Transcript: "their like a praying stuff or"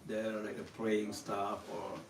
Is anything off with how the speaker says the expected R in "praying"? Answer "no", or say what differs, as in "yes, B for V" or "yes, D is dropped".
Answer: yes, L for R